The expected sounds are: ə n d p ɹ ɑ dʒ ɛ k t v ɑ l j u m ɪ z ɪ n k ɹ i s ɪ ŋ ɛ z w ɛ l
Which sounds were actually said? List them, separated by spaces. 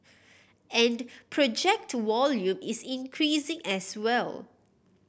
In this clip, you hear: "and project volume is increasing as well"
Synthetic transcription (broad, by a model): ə n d p ɹ ɑ dʒ ɛ k t w ɑ l j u m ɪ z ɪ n k ɹ i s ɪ ŋ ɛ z w ɛ l